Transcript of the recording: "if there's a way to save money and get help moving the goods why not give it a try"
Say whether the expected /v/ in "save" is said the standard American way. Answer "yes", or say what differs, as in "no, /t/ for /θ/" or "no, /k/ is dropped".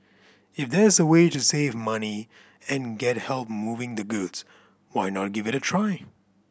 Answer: yes